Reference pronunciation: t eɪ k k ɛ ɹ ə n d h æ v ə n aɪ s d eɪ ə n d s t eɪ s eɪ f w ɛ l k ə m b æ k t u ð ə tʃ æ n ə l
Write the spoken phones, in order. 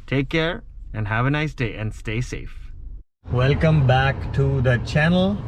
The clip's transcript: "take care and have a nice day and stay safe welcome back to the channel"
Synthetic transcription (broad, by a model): t eɪ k k ɛ ɹ ə n d h æ v ə n aɪ s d eɪ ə n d s t eɪ s eɪ f w ɛ l k ə m b æ k t u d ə tʃ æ n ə l